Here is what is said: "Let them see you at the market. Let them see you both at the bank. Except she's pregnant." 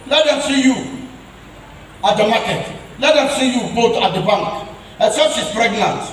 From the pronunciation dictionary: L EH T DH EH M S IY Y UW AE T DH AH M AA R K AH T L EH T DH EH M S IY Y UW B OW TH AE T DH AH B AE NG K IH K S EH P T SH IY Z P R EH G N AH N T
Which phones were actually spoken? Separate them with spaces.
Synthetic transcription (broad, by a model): L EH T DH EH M S IY Y UW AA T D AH M AA K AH T L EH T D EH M S IY Y UW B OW T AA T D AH B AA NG K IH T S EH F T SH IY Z P R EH G N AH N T